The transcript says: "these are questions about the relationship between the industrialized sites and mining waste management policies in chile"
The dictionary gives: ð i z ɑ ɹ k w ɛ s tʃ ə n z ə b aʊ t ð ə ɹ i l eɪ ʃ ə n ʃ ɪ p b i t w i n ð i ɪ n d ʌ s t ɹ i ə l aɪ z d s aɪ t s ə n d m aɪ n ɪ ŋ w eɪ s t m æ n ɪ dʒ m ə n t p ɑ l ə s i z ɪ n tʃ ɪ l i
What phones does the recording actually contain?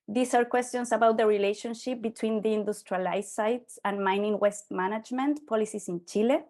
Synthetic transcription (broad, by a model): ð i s ɑ ɹ k w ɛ s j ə n s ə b aʊ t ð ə ɹ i l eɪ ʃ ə n ʃ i p b i t w i n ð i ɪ n d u s t ɹ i l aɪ s aɪ t s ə n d m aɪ n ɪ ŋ w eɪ s t m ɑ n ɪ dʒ m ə n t p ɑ l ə s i s ɪ n tʃ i l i